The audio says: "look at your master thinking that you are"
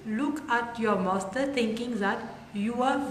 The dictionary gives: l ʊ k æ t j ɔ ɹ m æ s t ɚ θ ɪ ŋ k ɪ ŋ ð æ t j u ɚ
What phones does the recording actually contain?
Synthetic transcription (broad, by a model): l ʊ k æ t j ɔ ɹ m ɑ s t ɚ t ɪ ŋ k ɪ ŋ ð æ t j u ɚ